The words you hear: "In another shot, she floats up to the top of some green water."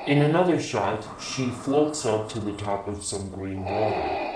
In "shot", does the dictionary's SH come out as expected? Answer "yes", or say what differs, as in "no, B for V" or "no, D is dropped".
yes